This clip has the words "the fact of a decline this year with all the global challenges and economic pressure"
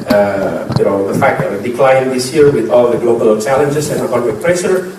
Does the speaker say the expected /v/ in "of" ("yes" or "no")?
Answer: no